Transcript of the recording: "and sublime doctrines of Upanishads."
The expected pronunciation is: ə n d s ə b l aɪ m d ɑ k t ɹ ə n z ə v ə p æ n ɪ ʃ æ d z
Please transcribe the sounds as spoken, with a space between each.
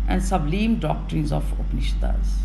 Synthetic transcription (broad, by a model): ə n d s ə b l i m d ɑ k t ɹ ə n z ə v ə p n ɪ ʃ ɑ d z